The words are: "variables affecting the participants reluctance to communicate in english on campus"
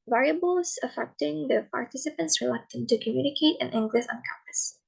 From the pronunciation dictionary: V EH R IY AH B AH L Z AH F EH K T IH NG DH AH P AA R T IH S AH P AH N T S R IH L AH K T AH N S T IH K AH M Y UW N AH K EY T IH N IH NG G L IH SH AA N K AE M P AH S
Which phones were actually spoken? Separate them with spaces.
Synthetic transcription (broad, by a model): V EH R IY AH B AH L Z AH F EH K T IH NG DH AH P AA R T IH S AH P AH N T S R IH L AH K T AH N T IH K AH M Y UW N AH K EY T IH N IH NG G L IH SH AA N K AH M P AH S